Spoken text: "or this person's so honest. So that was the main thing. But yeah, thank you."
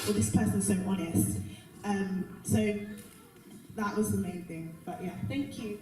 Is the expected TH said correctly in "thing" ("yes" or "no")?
yes